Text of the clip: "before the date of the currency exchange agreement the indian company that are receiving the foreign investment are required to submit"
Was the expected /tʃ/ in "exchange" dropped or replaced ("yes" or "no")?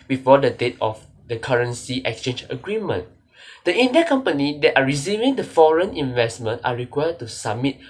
no